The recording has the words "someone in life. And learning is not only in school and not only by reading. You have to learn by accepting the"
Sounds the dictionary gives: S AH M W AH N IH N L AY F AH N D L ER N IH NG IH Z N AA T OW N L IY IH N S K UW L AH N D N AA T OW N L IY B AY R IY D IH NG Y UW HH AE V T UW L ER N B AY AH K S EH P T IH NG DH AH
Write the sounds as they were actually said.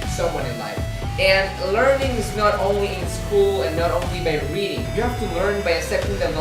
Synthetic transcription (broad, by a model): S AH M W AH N IH N L AY F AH N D L ER N IH NG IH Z N AA T OW N L IY IH N S K UW L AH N N AA T OW N L IY B AY R IY D IH NG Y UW HH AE F T UW L ER N B AY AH S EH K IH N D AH